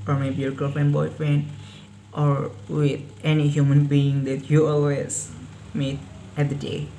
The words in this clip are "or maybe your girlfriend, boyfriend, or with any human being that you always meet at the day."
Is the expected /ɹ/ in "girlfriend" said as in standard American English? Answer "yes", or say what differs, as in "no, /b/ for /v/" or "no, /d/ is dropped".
no, /ɹ/ is dropped